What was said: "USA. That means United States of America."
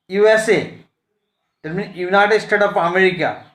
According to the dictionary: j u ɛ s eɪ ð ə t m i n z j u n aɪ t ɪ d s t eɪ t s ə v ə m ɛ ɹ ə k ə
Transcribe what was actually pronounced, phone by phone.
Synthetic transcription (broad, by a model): j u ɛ s eɪ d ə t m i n j u n aɪ t ɪ d s t eɪ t ə p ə m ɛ ɹ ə k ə